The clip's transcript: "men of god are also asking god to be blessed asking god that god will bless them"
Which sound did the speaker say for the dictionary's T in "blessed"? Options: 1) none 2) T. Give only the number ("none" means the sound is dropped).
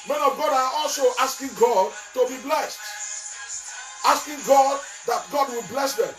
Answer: 2